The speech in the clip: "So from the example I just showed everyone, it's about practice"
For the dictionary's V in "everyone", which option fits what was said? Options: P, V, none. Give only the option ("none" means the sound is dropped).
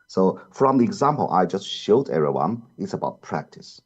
none